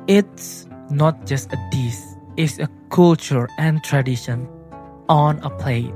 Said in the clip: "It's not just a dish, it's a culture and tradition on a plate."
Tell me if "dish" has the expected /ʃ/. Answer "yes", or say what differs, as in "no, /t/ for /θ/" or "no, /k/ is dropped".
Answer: no, /s/ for /ʃ/